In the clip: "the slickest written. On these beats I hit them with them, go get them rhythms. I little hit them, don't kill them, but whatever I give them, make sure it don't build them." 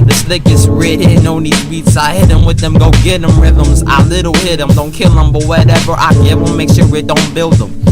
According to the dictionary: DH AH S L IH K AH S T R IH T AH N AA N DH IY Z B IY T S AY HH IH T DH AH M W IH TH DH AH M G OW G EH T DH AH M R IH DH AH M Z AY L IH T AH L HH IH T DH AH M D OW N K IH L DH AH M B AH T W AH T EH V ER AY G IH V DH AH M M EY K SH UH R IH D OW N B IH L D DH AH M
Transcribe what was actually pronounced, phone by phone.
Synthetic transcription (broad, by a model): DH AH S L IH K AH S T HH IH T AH UH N DH IY Z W IY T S AY HH IH T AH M W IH DH AH M G OW G EH T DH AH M R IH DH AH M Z AY L IH T L HH IH T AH M D OW N K IH L DH AH M B AH T W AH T EH V ER AY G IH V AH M M EY K SH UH R IH D OW N B IH L D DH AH M